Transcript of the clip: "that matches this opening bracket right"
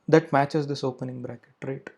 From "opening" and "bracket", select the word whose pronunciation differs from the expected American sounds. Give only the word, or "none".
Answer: none